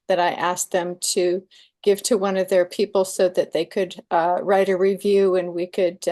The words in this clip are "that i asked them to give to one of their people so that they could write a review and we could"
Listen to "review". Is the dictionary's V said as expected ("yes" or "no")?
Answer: yes